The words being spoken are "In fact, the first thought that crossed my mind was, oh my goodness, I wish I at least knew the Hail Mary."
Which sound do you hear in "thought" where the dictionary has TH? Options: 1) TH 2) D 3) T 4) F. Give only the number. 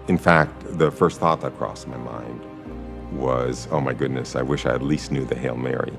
1